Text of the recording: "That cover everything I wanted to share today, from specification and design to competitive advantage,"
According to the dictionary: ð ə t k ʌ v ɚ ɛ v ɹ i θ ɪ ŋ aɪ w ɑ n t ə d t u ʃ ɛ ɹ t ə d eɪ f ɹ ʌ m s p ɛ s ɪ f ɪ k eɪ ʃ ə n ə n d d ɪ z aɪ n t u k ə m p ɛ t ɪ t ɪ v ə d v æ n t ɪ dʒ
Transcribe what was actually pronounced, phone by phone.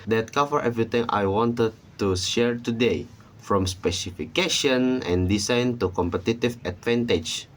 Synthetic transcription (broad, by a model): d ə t k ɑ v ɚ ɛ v ɹ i t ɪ ŋ aɪ w ɑ n t ə d t u ʃ ɛ ɹ t ə d eɪ f ɹ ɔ m s p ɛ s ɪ f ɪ k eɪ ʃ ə n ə n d d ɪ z aɪ n t u k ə m p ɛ t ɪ t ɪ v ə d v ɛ n t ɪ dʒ